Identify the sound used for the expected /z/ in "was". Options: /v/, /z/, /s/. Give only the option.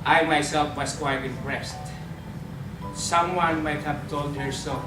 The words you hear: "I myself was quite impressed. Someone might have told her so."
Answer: /s/